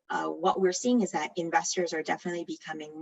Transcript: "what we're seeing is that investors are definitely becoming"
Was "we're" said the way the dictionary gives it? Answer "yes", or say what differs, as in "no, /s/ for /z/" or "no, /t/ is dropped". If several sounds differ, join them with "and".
yes